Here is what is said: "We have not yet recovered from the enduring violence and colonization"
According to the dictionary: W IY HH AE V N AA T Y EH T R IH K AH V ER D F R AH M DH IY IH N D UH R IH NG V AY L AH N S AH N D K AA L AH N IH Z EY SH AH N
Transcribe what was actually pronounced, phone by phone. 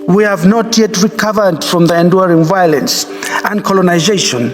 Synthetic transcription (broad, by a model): W IY HH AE V N AA T Y EH T R IH K AH V ER D F R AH M DH IY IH N D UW R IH NG V AY L AH N S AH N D K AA L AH N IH Z EY SH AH N